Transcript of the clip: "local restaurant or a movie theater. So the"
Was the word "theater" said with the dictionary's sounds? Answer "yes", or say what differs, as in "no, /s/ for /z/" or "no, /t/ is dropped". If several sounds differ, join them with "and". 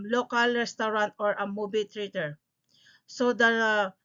no, /t/ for /θ/